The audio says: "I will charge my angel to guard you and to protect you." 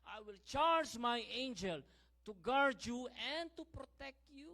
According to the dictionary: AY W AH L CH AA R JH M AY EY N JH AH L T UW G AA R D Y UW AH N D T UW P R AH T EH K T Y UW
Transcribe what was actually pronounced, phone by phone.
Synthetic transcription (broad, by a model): AY W AH L CH AA R JH M AY EY N JH AH L T UW G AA R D Y UW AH N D T UW P R AH T EH K T Y UW